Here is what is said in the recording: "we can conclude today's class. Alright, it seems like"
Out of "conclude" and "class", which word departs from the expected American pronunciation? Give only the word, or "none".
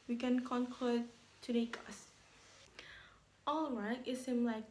class